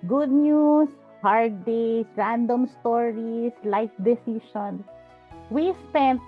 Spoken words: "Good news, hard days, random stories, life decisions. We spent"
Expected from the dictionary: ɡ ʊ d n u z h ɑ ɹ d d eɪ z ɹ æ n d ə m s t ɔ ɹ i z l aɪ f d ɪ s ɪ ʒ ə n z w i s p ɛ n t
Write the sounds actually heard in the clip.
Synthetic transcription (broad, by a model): ɡ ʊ d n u s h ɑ ɹ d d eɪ s ɹ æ n d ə m s t ɔ ɹ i s l aɪ f d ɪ s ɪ ʃ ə n s w i s p ɛ n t